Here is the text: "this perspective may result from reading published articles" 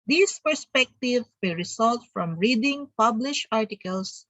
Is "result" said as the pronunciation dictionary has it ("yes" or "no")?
no